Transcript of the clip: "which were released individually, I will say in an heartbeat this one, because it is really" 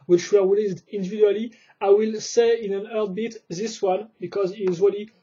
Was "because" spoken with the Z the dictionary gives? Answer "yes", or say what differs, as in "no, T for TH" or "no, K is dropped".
yes